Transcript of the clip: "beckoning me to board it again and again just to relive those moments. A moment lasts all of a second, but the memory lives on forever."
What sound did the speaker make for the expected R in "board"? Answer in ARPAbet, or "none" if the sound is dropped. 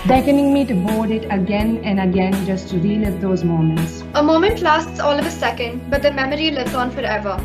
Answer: L